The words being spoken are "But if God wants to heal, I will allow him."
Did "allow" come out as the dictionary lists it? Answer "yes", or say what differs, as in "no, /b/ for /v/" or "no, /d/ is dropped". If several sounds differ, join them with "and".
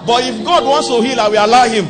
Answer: no, /l/ is dropped